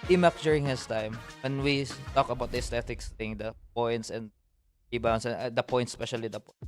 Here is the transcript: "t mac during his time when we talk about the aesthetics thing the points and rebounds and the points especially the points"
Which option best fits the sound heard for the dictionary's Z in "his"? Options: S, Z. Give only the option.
S